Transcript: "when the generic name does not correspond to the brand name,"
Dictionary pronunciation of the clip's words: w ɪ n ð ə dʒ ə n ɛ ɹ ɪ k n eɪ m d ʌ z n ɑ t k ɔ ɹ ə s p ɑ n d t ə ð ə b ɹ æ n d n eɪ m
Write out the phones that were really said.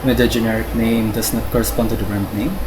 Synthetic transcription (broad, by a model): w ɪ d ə dʒ ə n ɛ ɹ ɪ k n eɪ m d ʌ s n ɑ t k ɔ ɹ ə s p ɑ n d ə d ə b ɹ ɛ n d n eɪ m